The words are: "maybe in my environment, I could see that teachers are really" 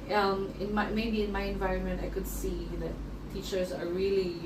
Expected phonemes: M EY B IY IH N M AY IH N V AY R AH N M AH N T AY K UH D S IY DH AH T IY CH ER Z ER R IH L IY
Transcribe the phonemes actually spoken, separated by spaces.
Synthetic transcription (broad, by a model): M EY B IY IH N M AY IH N V AY R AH N M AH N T AY K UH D S IY DH AH T IY CH ER Z ER R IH L IY